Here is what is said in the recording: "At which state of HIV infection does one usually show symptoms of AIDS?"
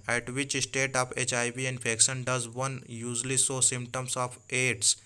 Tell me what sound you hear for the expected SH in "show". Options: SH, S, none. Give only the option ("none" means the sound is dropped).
S